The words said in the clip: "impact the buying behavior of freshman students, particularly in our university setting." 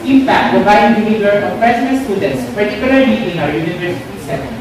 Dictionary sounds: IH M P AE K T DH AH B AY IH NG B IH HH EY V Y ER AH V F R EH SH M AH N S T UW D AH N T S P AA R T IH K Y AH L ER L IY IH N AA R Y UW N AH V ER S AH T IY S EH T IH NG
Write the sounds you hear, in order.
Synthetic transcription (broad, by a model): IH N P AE K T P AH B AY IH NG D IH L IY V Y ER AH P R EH S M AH S T UW D AH N T S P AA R T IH K Y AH L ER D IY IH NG AA R Y UW N AH V ER S AH T IY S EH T